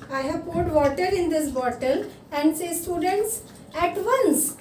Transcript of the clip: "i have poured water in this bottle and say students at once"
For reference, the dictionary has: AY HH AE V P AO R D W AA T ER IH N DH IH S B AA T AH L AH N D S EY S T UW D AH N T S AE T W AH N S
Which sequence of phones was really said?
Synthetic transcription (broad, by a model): AY HH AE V P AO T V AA T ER IH N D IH S B AA T AH L AH N D S EY S T UW D AH N T S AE T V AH N S